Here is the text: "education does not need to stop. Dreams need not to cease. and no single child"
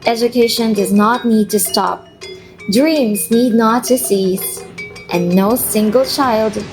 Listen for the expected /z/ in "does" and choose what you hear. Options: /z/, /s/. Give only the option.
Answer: /z/